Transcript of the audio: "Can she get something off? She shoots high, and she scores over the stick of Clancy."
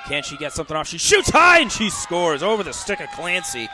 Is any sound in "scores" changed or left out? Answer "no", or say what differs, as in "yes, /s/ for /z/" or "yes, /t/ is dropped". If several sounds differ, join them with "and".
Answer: no